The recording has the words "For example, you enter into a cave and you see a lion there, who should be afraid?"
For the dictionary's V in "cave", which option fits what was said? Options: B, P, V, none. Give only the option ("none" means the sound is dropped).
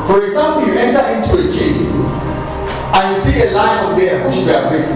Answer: none